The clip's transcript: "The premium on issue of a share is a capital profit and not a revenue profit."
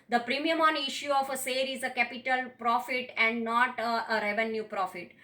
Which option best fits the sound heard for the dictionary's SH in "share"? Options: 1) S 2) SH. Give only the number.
1